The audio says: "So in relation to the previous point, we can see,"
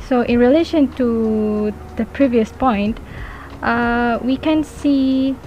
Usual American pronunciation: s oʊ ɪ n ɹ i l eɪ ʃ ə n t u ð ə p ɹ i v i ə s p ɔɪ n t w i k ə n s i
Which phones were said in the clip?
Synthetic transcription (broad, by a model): s oʊ ɪ n ɹ i l eɪ ʃ ə n t u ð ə p ɹ i v i ə s p ɔɪ n t w i k ə n s i